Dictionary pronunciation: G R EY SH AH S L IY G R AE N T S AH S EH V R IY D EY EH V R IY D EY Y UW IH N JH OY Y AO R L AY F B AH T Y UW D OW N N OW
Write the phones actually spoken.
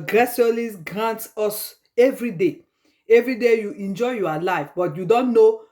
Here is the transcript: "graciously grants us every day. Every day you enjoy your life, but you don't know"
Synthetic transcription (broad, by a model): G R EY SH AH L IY G R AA N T AO S EH V R IY D EY EH V R IY D EY Y UW IH N JH OY Y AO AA L AY F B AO T Y UW D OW N N OW